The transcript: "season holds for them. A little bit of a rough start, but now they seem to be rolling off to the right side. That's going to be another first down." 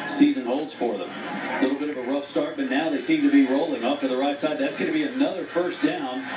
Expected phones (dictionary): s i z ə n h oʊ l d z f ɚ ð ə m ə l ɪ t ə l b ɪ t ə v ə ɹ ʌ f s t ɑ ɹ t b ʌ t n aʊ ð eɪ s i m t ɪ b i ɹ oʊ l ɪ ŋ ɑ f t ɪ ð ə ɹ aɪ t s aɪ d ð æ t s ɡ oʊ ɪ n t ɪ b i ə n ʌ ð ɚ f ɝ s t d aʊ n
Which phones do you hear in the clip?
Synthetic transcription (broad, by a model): s i z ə n h oʊ l d z f ɚ ð ə m ə l ɪ t l b ɪ t ə v ə ɹ ʌ f s t ɑ ɹ t b ʌ t n aʊ ð eɪ s i m t ɪ b i ɹ oʊ l ɪ ŋ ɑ p t ɪ ð ə ɹ aɪ t s aɪ d ð æ t s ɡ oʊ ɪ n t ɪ b i ə n ʌ ð ɚ f ɝ s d aʊ n